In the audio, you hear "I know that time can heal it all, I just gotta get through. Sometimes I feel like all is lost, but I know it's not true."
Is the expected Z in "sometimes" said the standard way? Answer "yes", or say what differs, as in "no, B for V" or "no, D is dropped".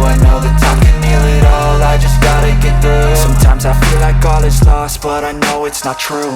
yes